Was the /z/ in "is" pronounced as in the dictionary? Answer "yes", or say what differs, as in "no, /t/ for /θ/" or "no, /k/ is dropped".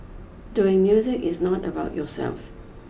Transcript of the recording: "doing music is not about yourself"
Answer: yes